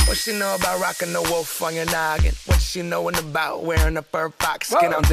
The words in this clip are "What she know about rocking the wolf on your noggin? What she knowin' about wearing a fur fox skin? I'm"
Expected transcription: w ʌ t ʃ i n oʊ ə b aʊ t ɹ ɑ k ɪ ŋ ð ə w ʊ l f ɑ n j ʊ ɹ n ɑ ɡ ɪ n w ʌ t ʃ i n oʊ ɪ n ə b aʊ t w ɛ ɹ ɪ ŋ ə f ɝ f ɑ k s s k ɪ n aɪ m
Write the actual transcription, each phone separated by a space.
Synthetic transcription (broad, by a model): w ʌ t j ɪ n oʊ ə b aʊ t ɹ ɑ k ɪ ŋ ð ə w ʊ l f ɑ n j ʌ ɹ n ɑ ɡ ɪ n w ʌ t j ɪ n oʊ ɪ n ə b aʊ t w ɛ ɹ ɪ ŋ ə p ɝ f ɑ k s s k ɪ n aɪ